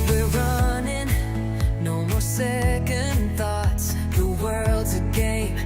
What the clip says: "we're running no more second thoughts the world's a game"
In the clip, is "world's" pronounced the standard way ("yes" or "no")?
yes